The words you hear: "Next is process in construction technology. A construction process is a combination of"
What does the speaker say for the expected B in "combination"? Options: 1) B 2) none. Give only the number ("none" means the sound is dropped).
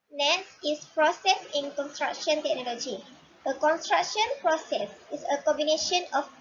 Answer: 1